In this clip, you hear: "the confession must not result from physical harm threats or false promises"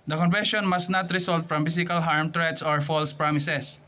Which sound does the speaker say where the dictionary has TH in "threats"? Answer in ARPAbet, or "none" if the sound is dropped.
T